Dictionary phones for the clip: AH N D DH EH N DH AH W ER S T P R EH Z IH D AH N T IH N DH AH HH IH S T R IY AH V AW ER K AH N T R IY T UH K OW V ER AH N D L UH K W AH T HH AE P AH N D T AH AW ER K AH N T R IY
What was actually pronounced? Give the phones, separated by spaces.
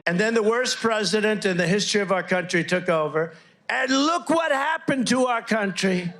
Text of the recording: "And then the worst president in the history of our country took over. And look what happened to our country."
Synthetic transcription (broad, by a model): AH N DH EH N DH AH W ER S P R EH Z IH D AH N T IH N DH AH HH IH S T R IY AH V AW ER K AH N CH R IY T UH K OW V ER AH N L UH K W AH T HH AE P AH N T AH AW ER K AH N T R IY